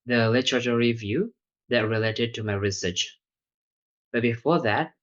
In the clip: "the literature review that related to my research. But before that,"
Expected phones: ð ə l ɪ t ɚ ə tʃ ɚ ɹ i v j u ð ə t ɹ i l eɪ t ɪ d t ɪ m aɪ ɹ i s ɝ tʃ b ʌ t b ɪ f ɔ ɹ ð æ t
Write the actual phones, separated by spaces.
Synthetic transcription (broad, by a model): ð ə l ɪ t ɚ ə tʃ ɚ ɹ i v j u ð ə t ɹ i l eɪ t ɪ d t ɪ m aɪ ɹ i s ɝ tʃ b ʌ t b ɪ f ɔ ɹ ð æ t